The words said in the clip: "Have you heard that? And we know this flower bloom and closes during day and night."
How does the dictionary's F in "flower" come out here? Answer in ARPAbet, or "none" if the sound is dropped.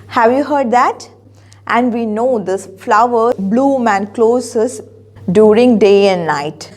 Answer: F